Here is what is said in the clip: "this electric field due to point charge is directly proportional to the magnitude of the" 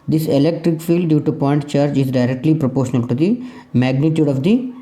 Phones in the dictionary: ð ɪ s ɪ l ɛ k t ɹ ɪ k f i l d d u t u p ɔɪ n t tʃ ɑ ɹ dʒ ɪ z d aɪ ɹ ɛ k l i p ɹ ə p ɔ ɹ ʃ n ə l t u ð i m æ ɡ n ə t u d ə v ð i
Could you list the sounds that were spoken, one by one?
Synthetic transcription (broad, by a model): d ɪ s ɪ l ɛ k t ɹ ɪ k f i l d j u t u p ɔɪ n t tʃ ɑ ɹ dʒ ɪ z d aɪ ɹ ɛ k l i p ɹ ə p ɔ ɹ ʃ n ə l t u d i m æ ɡ n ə t u d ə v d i